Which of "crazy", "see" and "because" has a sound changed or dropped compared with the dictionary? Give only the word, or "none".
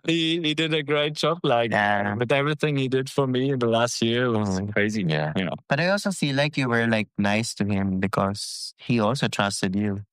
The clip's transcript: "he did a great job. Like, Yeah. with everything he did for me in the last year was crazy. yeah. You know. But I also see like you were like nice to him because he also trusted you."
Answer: none